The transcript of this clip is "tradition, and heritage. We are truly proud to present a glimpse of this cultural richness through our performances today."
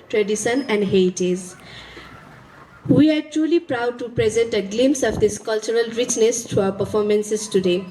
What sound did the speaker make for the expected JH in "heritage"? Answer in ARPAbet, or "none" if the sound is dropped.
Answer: Z